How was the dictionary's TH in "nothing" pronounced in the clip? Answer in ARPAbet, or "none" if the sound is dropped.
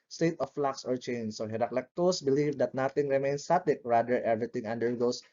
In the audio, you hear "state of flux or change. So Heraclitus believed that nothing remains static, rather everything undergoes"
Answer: T